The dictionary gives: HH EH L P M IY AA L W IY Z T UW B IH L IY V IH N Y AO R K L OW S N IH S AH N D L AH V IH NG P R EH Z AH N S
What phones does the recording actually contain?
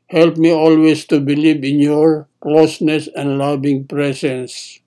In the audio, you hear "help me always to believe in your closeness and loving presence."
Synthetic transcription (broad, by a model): HH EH L P M IY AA L W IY S T UW B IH L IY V IH N Y AO R K L OW S N IH S AH N D L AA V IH NG P R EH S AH N S